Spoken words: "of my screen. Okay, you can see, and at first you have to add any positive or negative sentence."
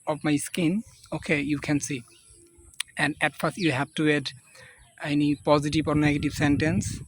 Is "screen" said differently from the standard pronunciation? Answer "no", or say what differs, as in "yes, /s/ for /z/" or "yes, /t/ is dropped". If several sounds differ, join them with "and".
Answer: yes, /ɹ/ is dropped